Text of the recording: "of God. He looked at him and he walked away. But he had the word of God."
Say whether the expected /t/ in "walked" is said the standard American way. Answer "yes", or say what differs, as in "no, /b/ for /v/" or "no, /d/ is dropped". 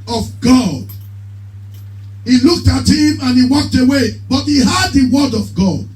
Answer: yes